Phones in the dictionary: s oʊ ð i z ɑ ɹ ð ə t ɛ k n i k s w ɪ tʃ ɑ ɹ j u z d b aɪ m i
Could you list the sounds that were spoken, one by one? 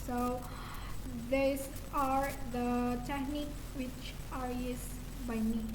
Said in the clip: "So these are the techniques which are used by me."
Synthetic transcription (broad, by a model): s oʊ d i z ɑ ɹ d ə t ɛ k n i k w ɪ tʃ ɑ ɹ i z b aɪ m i